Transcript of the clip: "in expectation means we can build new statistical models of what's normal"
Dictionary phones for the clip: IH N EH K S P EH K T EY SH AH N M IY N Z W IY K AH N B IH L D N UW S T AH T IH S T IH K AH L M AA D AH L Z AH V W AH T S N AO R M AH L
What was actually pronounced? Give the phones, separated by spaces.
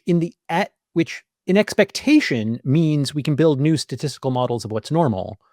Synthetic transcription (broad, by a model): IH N EH K S P EH K T EY SH AH N M IY N Z W IY K N B IH L D N UW S T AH T IH S T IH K L M AA D L Z AH V W AH T S N AO R M L